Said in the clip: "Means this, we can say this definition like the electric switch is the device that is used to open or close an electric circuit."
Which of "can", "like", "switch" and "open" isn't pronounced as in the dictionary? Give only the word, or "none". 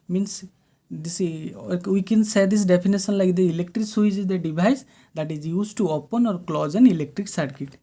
switch